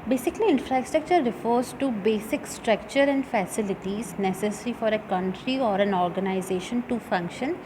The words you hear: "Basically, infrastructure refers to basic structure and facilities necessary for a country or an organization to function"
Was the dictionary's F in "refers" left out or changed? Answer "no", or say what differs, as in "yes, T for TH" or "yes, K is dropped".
no